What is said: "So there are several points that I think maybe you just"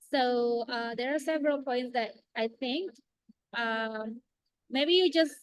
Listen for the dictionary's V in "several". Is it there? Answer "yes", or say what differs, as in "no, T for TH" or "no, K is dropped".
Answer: yes